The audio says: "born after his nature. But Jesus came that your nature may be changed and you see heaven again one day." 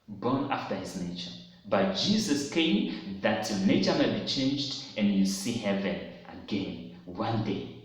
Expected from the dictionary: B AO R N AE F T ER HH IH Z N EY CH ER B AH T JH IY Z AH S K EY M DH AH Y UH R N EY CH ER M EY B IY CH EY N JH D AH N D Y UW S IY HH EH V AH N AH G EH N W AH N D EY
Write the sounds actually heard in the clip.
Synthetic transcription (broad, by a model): B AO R N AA F T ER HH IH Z N EY CH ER B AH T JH IY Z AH S K EY M DH AH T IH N EY CH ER M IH B IY CH EY N JH D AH N Y UW S IY HH EH V AH N AH G EH N W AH N D EY